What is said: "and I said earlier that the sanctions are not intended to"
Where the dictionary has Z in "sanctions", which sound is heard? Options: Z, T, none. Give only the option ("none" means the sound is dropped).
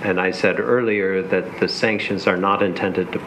Z